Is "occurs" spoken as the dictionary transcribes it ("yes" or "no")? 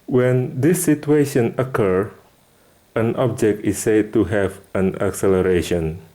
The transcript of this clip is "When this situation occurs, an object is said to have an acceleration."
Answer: no